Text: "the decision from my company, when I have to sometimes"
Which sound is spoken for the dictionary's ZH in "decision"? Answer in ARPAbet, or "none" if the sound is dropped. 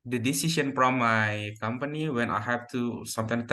S